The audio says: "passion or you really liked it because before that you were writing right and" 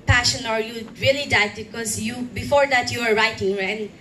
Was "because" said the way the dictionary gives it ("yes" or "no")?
no